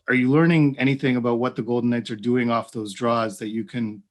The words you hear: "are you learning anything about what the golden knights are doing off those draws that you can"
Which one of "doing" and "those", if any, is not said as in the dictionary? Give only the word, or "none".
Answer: none